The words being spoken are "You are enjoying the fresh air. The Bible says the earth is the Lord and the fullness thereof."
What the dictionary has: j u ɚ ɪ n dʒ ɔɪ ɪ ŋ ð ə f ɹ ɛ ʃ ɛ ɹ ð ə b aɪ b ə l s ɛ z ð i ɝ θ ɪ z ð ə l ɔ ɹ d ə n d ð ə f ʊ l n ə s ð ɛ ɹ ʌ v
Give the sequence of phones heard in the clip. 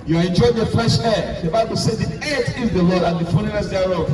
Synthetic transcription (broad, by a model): j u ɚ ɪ n dʒ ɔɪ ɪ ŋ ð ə f l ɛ ʃ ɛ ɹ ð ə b aɪ b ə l s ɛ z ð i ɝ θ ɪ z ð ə l ɔ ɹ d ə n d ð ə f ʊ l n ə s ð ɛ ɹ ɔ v